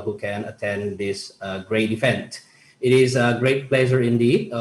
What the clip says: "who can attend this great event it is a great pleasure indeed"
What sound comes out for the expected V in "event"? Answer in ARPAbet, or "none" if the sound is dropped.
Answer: F